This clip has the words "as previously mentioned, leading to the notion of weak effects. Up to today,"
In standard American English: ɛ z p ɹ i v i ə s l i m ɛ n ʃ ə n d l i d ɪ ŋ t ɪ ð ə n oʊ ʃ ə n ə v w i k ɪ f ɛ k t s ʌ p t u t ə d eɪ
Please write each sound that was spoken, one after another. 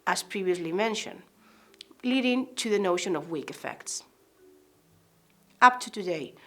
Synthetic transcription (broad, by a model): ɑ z p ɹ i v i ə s l i m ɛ n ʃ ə n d l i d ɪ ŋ t ɪ ð ə n oʊ ʃ ə n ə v w i k ɪ f ɛ k t s ʌ p t u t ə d eɪ